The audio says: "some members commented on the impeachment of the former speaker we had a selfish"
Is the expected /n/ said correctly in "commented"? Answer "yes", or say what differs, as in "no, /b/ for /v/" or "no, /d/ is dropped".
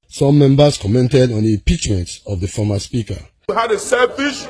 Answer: yes